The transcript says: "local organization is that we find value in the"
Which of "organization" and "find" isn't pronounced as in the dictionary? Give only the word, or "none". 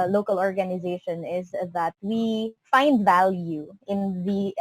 none